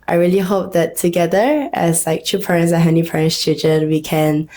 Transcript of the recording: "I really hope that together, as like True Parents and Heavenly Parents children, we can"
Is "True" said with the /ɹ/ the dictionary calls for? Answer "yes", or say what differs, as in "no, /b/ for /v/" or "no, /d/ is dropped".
no, /ɹ/ is dropped